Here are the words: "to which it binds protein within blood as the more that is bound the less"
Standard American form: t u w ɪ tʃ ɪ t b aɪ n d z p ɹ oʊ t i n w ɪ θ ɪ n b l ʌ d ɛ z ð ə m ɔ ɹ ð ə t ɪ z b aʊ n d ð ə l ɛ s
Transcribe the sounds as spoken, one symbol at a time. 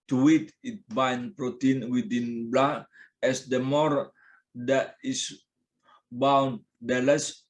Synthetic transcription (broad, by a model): t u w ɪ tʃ ɪ t b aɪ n p ɹ oʊ t i n w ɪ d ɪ n b l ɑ ɛ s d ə m ɔ ɹ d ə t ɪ s b aʊ n d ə l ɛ s